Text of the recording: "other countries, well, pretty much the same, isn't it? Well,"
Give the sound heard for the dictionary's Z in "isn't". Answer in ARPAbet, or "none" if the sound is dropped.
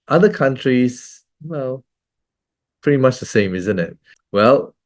Z